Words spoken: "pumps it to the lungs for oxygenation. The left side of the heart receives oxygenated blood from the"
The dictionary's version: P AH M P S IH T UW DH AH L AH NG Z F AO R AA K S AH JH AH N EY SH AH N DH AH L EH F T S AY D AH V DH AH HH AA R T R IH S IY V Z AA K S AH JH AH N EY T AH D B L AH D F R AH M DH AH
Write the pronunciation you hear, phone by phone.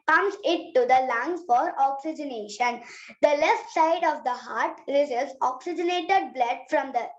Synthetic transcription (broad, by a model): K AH M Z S IH T UW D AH L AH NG F AO R AA K S AH JH AH N EY SH AH N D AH L EH F T S AY D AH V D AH HH AA R T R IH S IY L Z AA K S AH JH AH N EY T AH D B L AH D F R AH M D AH